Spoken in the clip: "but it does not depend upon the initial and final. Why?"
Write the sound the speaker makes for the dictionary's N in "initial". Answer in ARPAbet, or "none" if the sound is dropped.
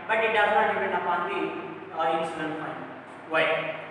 none